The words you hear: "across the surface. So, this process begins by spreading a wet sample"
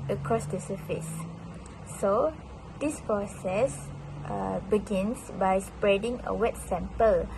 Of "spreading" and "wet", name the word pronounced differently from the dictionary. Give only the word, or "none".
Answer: none